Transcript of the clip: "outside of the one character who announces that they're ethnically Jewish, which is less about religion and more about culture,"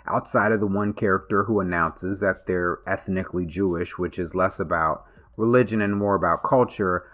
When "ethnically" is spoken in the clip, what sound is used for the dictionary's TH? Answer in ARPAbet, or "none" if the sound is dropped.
TH